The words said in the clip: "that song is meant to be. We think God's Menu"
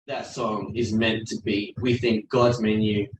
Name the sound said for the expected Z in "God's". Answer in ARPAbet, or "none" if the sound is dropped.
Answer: Z